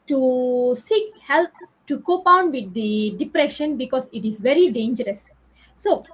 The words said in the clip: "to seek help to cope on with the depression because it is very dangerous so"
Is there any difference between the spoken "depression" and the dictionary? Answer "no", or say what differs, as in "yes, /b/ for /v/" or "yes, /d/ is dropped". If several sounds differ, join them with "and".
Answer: no